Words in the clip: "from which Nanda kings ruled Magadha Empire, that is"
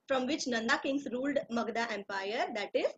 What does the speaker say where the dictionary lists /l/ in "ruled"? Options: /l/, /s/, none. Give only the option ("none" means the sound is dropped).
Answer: /l/